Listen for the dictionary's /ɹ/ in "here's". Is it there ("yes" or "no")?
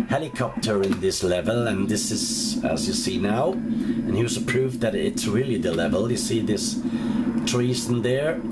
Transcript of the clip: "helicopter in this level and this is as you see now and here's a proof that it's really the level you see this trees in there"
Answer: no